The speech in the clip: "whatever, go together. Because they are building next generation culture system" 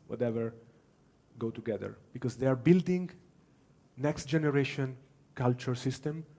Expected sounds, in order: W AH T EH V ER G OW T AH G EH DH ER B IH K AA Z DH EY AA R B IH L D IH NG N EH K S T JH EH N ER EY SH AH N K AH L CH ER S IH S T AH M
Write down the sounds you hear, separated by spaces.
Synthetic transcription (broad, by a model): W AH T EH V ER G OW T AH G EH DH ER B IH K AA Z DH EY AA R B IH L D IH NG N EH K S T JH EH N ER EY SH AH N K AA L CH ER S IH S T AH M